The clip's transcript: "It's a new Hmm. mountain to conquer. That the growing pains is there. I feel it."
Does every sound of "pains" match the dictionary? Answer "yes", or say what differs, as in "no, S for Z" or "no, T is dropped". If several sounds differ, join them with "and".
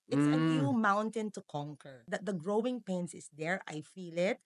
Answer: no, S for Z